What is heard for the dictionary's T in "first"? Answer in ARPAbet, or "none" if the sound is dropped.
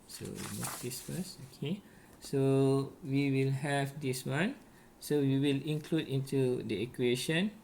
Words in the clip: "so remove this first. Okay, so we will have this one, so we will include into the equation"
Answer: none